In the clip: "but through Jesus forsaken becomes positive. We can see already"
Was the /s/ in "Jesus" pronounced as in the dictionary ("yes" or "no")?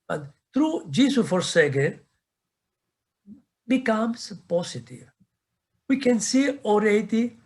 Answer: no